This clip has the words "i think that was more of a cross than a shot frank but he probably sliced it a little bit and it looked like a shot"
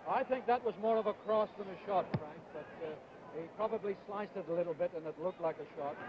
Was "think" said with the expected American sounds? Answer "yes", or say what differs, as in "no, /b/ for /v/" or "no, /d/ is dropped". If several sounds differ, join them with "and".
yes